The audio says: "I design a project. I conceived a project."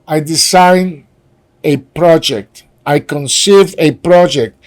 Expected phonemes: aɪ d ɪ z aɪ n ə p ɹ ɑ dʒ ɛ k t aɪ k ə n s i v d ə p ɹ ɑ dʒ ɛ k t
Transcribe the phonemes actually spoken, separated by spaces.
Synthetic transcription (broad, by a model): aɪ d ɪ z aɪ n ə p ɹ ɑ dʒ ɛ k t aɪ k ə n s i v ə p ɹ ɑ dʒ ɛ k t